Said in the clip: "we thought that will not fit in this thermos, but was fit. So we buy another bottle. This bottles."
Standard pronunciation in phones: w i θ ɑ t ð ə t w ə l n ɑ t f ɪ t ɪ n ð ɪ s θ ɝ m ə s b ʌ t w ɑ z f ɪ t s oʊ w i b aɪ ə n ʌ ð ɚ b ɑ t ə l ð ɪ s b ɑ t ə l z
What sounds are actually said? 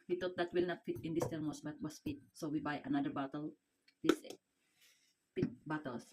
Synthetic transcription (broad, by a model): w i t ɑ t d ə t w ə l n ɑ t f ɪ t ɪ n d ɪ s t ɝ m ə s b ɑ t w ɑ s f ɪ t s oʊ w i b aɪ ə n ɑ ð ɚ b ɑ t ə l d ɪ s b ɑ t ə l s